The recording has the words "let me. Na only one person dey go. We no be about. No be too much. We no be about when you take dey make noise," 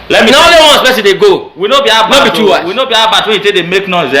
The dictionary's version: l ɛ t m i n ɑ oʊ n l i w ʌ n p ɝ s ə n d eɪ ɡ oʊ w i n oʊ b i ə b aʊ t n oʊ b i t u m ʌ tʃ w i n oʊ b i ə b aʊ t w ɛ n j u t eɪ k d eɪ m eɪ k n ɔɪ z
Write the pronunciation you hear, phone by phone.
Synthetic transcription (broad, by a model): l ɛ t m i n ɑ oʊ l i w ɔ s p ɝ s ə d eɪ ɡ oʊ w i n oʊ b i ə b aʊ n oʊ b i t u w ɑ w i n oʊ b i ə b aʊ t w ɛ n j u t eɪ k d eɪ m eɪ k n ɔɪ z